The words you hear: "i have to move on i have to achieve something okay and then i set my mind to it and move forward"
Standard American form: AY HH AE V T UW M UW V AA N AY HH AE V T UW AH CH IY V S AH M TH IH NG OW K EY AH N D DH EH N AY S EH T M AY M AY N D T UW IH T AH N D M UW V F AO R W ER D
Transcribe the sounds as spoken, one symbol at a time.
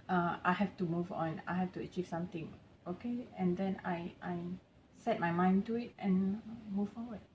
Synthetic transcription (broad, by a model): AY HH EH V T UW M UW V AA N AY HH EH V T UW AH CH IY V S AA M T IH NG OW K EY AH N D EH N AY S EH T M AY M AY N T UW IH T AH N M UW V F AO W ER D